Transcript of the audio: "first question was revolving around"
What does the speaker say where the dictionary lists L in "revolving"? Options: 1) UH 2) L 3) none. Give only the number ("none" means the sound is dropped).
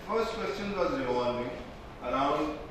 3